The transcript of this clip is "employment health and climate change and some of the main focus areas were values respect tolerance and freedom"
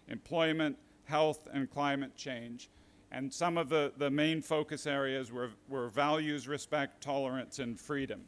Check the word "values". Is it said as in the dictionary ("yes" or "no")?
yes